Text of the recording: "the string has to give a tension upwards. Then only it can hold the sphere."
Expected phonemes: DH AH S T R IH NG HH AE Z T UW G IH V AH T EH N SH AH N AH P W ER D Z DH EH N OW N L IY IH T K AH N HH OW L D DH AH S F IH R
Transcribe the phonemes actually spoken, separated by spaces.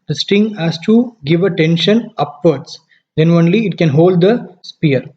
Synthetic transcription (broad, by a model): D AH S T IH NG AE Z T UW G IH V AH T EH N SH AH N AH P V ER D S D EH N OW N L IY IH T K AH N HH OW L D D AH S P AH R